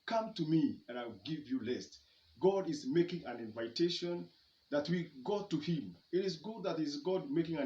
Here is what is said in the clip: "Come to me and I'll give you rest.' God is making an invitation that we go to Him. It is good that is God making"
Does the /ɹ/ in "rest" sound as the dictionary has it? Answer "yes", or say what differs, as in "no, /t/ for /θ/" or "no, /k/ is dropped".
no, /l/ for /ɹ/